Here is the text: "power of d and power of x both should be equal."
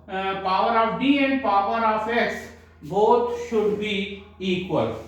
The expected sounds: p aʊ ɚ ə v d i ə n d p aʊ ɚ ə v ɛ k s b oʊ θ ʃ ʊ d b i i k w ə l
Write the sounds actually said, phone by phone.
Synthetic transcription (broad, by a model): p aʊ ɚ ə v d i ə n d p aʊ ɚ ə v ɛ k s b oʊ t ʃ ʊ d b i i k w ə l